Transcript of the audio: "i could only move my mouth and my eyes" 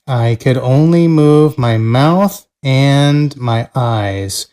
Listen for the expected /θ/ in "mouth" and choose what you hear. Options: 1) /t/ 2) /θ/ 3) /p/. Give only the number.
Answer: 2